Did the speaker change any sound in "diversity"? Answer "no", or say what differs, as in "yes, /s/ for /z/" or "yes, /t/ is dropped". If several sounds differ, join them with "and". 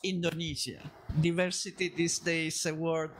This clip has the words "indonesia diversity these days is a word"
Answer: no